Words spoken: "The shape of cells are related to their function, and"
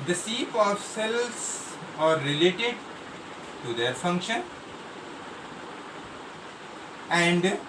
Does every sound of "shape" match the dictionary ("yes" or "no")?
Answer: no